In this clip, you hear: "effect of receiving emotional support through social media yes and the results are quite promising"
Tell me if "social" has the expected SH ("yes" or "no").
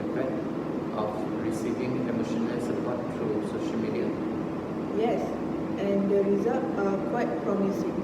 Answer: yes